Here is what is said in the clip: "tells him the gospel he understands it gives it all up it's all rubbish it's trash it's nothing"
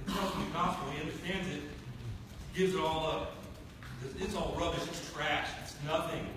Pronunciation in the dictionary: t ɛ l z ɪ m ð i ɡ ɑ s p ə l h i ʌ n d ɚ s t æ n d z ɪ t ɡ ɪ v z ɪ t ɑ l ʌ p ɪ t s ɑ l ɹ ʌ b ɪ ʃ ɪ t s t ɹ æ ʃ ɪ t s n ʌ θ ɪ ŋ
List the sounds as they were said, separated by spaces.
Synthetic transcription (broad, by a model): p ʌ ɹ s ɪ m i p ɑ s ə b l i ʌ n d ɚ s t æ n d z ɪ t ɡ ɪ v z ɪ t ɑ l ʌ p ɪ t s ɑ l ɹ ʌ b ɪ ʃ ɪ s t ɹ æ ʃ ɪ t s n ʌ θ ɪ ŋ